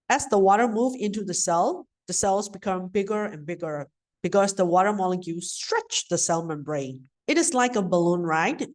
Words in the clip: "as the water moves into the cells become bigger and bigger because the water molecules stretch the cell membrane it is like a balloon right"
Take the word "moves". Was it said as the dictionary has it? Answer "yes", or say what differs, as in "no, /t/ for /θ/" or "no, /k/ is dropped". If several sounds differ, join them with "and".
no, /z/ is dropped